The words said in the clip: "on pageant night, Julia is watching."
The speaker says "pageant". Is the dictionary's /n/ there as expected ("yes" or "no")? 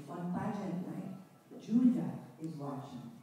no